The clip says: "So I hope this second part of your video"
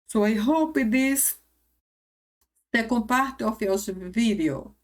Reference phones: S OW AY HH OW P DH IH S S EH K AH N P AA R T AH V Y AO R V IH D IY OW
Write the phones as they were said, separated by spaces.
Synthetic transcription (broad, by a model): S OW AY HH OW P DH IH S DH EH K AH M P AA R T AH F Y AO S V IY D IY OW